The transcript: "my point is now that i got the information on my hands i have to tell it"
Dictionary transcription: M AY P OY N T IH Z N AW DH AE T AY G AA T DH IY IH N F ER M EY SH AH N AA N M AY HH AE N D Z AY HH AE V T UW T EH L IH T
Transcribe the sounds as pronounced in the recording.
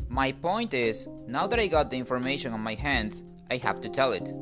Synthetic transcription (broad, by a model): M AY P OY N T IH Z N AW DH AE T AY G AA T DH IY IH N F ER M EY SH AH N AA N M AY HH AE N D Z AY HH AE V T UW T EH L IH T